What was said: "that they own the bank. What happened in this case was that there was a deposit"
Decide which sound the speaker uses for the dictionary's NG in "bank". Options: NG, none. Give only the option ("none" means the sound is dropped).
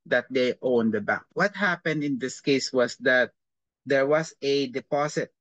none